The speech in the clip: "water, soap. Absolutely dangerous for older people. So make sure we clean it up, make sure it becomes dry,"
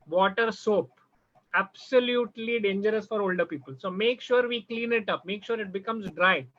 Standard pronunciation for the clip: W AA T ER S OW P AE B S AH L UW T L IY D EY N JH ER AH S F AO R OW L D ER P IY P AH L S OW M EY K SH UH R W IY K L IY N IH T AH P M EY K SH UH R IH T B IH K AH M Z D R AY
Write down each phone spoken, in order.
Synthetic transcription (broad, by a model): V AA T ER S OW P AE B S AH L UW T L IY D EY N JH ER AH S F AO R OW L D ER P IY P AH L S OW M EY K SH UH R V IY K L IY N IH T AH P M EY K SH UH R IH T B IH K AH M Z D R AY